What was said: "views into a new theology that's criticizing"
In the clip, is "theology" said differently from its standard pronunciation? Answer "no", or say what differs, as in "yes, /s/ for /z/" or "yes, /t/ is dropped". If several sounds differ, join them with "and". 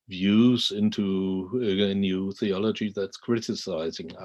no